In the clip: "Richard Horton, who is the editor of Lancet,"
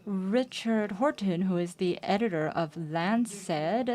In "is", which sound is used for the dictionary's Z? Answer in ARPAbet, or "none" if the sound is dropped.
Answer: Z